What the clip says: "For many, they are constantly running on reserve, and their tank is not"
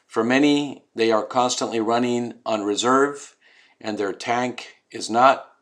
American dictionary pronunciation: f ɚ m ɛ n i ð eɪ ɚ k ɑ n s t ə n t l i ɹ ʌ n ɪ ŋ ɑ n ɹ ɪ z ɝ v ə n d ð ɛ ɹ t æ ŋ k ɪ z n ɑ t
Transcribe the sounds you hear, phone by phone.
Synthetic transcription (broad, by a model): f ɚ m ɛ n i ð eɪ ɚ k ɑ n s t ə n t l i ɹ ʌ n ɪ ŋ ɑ n ɹ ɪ z ɝ v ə n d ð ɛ ɹ t æ ŋ k ɪ z n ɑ t